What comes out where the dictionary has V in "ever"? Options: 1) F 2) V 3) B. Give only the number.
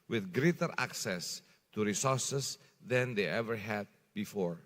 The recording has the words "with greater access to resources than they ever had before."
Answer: 2